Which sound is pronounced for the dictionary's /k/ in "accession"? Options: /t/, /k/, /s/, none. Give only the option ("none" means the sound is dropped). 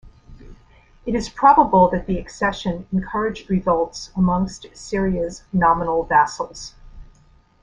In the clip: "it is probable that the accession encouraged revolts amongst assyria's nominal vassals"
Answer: /k/